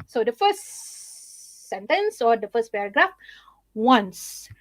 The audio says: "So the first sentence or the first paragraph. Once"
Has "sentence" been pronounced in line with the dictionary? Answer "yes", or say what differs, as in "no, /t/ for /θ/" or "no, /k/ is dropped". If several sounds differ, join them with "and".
yes